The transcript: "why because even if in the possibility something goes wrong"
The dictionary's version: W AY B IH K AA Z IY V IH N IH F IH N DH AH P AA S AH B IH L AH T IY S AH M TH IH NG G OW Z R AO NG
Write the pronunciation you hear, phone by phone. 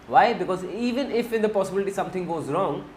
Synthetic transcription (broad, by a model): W AY B IH K AA Z IY V IH N IH F IH N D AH P AA S AH B IH L AH T IY S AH M T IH NG G OW Z R AO NG